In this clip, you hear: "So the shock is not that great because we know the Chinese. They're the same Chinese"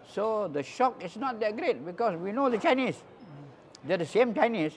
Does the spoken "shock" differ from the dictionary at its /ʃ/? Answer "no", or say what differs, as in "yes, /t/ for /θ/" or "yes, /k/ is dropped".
no